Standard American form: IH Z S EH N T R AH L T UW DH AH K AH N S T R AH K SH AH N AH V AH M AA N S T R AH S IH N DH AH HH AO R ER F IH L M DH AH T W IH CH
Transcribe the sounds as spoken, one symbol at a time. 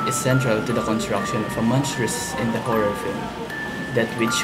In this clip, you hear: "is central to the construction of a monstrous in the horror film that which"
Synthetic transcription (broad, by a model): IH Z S EH N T R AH L T UW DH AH K AH N S T R AH K SH AH N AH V AH M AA N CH R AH S IH N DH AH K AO R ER F IH L M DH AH T W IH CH